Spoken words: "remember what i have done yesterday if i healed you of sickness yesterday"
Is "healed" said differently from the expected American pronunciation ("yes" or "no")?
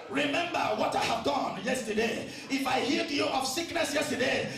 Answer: yes